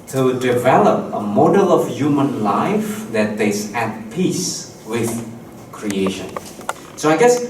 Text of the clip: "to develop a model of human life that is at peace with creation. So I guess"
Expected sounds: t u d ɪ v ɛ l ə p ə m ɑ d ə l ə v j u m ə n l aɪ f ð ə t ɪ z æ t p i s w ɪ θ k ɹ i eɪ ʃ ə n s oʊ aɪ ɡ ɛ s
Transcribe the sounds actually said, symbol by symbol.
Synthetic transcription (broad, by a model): t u d ɪ v ɛ l ə p ə m ɑ d ə l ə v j u m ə n l aɪ f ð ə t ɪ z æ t p i s w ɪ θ k ɹ i eɪ ʃ ə n s oʊ aɪ ɡ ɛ s